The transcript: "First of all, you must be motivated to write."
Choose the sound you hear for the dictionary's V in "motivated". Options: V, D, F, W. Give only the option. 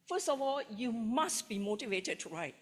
V